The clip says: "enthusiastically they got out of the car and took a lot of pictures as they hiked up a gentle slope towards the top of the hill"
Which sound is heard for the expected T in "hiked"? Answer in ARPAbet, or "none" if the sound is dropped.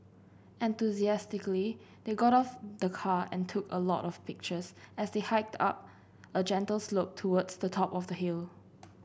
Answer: T